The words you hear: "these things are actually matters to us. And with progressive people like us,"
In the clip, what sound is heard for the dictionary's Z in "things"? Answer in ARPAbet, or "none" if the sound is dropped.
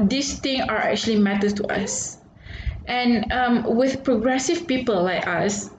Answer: none